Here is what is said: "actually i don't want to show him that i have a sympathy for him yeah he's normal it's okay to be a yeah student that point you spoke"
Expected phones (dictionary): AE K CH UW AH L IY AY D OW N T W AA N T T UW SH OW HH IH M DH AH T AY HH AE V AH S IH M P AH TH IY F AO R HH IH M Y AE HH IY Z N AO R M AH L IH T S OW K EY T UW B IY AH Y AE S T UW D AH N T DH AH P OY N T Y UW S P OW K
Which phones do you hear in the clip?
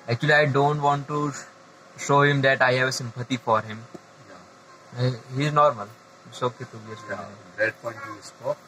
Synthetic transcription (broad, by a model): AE K CH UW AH L IY AY D OW N T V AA N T T UW SH OW HH IH M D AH T AY HH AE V AH S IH M P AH T IY F AO R HH IH M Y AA HH IY Z N AO R M AH L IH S OW K EY T UW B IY AH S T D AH T P OY N T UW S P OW